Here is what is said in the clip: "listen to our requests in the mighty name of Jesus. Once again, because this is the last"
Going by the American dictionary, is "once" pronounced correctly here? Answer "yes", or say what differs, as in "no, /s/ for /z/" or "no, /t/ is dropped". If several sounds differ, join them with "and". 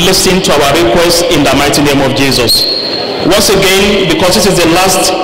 yes